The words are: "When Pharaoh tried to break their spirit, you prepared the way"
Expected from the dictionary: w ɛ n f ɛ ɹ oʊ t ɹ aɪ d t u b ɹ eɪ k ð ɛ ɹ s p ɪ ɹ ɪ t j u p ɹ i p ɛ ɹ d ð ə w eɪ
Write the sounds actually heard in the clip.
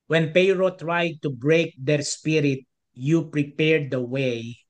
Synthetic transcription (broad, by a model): w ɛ n p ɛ ɹ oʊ t ɹ aɪ d t u b ɹ eɪ k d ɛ ɹ s p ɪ ɹ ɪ t j u p ɹ i p ɛ ɹ d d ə w eɪ